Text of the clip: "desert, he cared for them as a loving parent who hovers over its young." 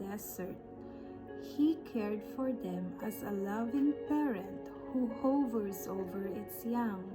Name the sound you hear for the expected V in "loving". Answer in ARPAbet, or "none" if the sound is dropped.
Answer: V